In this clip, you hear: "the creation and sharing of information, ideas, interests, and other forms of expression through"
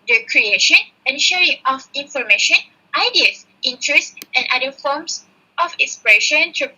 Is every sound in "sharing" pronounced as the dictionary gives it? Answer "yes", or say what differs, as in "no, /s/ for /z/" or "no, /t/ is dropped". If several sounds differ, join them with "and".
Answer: yes